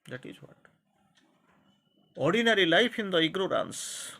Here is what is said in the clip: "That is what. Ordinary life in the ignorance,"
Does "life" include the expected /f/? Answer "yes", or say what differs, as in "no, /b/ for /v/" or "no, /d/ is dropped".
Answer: no, /p/ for /f/